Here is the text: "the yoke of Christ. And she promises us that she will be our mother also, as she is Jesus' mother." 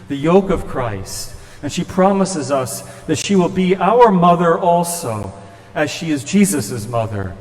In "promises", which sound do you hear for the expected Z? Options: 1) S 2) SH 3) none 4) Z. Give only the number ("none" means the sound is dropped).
4